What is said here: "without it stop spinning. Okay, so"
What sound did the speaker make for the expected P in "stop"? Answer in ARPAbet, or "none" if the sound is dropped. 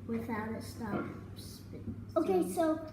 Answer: F